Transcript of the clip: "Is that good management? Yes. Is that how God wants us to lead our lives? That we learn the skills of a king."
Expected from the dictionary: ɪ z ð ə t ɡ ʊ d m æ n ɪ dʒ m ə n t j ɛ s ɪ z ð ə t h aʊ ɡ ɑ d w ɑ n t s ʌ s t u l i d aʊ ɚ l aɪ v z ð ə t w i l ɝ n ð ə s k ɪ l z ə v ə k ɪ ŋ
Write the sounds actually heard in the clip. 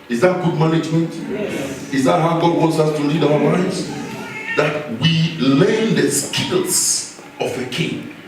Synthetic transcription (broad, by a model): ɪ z ð ə t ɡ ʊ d m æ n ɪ dʒ m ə n t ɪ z ð ə t h aʊ ɡ ɑ d w ɑ n t s ʌ s t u l i d aʊ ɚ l aɪ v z ð ə t w i l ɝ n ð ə s k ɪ l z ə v ə k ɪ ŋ